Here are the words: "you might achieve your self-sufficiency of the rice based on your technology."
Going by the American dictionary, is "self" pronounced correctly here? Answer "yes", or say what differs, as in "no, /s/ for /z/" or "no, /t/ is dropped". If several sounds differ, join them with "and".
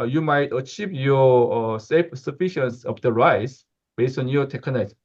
no, /l/ is dropped